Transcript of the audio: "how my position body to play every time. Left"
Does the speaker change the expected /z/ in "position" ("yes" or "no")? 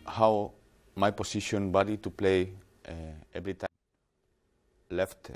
yes